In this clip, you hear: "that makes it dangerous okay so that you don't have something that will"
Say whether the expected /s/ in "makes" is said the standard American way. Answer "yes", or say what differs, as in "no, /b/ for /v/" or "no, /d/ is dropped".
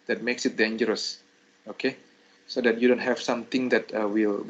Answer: yes